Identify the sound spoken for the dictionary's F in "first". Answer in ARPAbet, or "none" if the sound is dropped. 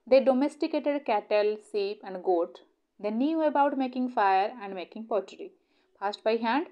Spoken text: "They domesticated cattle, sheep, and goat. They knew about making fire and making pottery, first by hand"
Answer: P